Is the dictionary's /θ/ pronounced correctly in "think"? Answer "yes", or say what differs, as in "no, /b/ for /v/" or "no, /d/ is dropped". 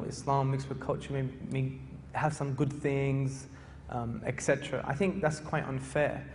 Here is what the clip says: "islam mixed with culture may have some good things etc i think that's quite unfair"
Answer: yes